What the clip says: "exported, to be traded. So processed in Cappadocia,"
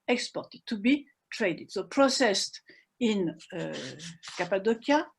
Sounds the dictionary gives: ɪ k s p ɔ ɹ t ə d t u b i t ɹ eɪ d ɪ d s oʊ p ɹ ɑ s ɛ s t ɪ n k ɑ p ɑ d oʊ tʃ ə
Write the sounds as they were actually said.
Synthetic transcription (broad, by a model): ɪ k s p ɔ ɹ t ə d t u b i t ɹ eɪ d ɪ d s oʊ p ɹ ɑ s ɛ s t ɪ n k ɑ p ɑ d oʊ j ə